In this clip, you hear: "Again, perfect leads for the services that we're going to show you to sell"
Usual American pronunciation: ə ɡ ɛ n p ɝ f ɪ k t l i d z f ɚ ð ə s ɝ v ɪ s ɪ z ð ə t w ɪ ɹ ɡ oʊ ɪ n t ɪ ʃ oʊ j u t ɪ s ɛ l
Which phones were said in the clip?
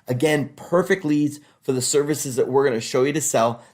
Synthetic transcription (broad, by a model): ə ɡ ɛ n p ɝ f ɪ k t l i d z f ɚ ð ə s ɝ v ɪ s ɪ z ð ə t w ɪ ɹ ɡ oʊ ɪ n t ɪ ʃ oʊ j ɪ t ɪ s ɛ l